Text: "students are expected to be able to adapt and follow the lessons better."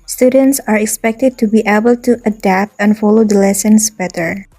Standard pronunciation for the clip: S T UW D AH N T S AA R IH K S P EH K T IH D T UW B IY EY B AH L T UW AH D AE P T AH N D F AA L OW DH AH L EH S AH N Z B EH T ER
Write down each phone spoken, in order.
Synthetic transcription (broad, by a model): S T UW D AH N T S AA R IH K S P EH K T IH D T UW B IY EY B AH L T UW AH D AE P T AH N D F AA L OW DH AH L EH S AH N S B EH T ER